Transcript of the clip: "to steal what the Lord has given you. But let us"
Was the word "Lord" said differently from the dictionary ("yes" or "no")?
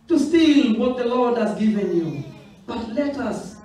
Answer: no